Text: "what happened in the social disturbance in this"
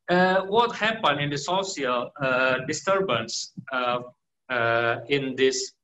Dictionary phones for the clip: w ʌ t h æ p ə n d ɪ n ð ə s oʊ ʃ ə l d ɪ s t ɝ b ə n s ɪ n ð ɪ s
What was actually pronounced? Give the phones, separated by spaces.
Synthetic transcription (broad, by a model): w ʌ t h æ p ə n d ɪ n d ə s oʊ s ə l d ɪ s t ɝ b ə n s ɪ n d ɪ s